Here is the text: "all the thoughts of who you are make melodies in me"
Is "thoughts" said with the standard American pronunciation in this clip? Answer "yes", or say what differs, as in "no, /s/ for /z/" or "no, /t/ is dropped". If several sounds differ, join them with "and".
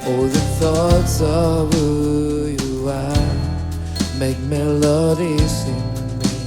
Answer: yes